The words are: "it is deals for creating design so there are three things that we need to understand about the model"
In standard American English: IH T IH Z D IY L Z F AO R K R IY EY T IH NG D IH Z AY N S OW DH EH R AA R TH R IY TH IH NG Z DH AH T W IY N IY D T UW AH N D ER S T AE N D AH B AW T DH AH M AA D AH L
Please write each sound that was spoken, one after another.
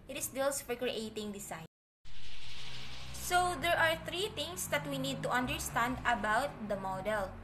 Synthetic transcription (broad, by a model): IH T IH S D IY L S F AO R K R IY EY T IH NG D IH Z AY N S OW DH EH R AA R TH R IY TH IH NG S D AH T W IY N IY D T UW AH N D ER S T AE N D AH B AW T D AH M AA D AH L